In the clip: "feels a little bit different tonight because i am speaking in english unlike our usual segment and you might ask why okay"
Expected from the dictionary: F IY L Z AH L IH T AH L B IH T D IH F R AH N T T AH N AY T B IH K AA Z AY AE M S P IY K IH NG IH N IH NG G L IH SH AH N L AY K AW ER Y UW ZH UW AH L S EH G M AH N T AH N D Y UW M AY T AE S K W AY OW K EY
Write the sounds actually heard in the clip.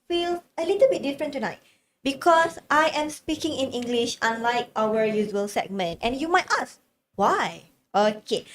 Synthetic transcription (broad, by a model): F IY L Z AH L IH T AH L B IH T D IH F R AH N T T AH N AY T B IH K AA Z AY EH M S P IY K IH NG IH N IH NG G L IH SH AH N L AY K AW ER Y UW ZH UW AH L S EH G M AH N T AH N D Y UW M AY T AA S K W AY OW K EY